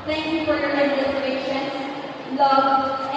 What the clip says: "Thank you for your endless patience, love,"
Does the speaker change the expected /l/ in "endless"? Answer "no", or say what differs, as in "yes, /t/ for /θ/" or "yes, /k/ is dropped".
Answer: yes, /l/ is dropped